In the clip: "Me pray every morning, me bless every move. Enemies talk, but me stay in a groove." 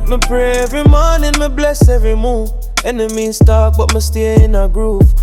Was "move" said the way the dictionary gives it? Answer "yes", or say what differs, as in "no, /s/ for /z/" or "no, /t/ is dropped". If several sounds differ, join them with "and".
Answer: no, /v/ is dropped